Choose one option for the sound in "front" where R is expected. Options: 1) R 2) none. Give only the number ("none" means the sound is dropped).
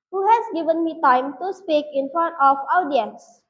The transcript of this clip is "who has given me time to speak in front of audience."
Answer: 2